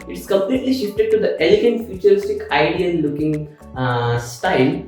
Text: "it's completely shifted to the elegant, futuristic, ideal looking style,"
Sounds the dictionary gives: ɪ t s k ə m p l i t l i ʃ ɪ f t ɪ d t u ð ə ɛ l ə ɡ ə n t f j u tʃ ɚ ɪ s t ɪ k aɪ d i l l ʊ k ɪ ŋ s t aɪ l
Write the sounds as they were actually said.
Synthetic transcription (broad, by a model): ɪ t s k ə m p l i t l i ʃ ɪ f t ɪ d t u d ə ɛ l ə ɡ ə n t f j u tʃ ɚ ɪ s t ɪ k aɪ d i n l ʊ k ɪ ŋ s t aɪ l